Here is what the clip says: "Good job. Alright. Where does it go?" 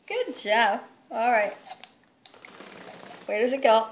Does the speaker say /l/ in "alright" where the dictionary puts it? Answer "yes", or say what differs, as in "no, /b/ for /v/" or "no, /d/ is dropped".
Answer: yes